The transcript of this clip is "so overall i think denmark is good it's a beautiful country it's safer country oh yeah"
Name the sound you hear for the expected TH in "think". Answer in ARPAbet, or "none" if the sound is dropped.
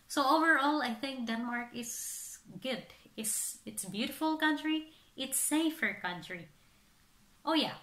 TH